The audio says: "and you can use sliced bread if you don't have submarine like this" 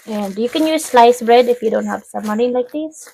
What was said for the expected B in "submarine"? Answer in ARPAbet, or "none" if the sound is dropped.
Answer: none